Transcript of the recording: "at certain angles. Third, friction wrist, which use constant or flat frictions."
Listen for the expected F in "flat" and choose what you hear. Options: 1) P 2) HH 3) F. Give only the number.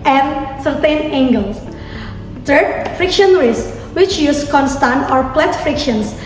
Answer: 1